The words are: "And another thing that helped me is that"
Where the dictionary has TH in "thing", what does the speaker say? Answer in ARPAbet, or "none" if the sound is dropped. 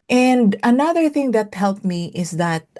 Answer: TH